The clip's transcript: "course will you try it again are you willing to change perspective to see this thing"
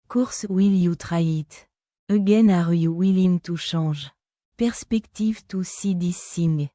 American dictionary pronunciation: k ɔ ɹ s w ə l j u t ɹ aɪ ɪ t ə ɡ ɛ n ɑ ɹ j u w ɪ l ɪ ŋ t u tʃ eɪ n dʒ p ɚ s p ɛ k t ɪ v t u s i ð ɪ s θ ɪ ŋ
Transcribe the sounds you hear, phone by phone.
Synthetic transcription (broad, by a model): k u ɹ s w ə l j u t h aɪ ɪ t ə ɡ ɛ n ɑ ɹ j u w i l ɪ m t u ʃ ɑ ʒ p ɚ s p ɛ k t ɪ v t u s i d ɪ s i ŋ